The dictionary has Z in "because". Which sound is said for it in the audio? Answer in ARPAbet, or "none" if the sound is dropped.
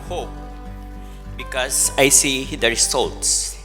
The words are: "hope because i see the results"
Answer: S